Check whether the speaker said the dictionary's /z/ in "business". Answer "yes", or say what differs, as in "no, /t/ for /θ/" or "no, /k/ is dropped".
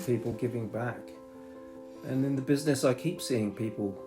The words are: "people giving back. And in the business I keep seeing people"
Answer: yes